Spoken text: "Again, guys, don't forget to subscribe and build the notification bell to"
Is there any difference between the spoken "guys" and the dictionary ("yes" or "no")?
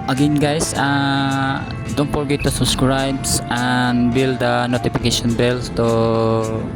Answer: yes